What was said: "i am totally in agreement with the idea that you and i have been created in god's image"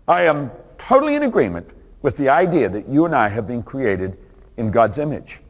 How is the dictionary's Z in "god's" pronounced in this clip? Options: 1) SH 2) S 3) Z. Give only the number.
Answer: 3